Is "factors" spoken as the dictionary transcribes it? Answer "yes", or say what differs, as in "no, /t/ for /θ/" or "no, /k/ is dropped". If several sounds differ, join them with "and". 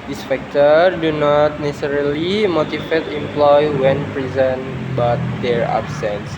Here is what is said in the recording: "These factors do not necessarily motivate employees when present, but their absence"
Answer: no, /z/ is dropped